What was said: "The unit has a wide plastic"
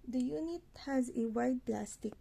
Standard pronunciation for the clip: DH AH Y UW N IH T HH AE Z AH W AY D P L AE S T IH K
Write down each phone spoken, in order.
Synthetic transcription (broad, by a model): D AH Y UW N IH T HH AE Z AH W AY D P L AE S T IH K